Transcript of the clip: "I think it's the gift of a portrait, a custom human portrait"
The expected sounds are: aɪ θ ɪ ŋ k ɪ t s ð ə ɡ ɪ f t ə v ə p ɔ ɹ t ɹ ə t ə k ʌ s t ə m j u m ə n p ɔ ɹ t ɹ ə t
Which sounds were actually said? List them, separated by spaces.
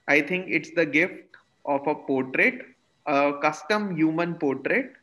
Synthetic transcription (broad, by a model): aɪ t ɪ ŋ k ɪ t s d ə ɡ ɪ f t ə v ə p ɔ ɹ t ɹ ə t ə k ʌ s t ə m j u m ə n p ɔ ɹ t ɹ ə t